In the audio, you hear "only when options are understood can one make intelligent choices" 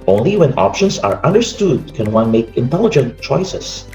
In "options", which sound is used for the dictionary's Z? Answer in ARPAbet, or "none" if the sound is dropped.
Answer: S